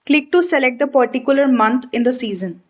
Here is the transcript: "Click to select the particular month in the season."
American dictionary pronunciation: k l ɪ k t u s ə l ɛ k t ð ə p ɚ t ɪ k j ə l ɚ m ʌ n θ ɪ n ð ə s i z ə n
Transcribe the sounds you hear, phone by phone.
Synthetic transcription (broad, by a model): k l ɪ k t u s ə l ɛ k t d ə p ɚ t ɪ k j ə l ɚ m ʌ n t ɪ n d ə s i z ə n